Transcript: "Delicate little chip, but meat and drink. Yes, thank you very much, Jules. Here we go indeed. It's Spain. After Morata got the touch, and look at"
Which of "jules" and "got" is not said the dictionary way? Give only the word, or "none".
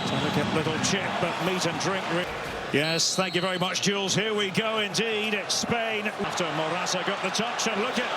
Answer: none